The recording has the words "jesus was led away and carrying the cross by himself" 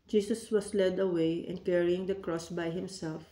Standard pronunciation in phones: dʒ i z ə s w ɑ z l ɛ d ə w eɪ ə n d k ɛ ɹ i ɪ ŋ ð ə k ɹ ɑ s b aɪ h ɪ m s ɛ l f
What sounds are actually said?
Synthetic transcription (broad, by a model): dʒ i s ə s w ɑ s l ɛ d ə w eɪ ə n d k ɛ ɹ i ɪ ŋ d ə k ɹ ɑ s b aɪ h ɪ m s ɛ l f